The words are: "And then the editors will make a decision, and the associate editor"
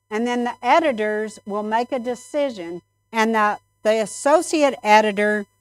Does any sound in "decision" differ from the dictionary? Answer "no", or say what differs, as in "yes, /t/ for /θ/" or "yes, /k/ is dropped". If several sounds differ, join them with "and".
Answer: no